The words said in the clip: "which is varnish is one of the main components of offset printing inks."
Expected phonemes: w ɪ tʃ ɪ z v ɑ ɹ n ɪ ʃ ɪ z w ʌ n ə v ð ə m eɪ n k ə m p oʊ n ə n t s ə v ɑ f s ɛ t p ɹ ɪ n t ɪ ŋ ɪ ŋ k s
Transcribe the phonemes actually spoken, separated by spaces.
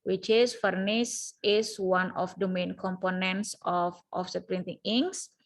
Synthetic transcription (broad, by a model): w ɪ tʃ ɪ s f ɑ ɹ n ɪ s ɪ s w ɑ n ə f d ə m eɪ n k ə m p oʊ n ə n t s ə f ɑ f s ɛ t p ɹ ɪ n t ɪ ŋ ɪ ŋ s